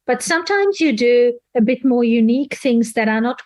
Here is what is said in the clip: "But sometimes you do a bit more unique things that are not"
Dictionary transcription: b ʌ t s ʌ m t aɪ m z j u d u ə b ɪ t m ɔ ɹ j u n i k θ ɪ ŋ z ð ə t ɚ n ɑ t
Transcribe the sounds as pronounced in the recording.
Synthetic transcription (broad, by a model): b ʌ t s ʌ m t aɪ m z j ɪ d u ə b ɪ t m ɔ ɹ j u n i k θ ɪ ŋ z ð ə t ɚ n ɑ t